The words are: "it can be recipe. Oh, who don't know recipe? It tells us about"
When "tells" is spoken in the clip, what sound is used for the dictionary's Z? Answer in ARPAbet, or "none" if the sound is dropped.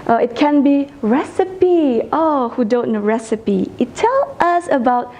none